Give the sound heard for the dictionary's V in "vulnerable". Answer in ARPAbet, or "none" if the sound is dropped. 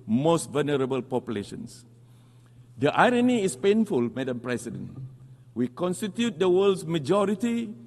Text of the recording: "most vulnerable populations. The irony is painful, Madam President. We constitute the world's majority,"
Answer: V